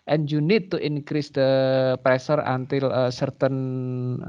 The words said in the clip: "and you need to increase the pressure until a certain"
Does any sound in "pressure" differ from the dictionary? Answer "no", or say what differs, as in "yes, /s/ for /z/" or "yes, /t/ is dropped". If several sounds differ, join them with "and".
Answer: yes, /s/ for /ʃ/